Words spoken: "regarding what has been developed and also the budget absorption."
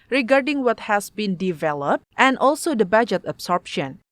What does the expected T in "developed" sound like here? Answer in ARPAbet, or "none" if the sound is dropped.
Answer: T